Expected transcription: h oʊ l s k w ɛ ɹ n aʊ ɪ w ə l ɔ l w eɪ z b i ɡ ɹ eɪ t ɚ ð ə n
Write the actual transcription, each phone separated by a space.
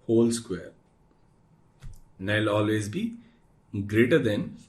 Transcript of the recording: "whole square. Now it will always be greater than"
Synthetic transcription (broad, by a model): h oʊ l s k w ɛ ɹ n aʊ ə l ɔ l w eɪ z b i ɡ ɹ eɪ t ɚ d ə n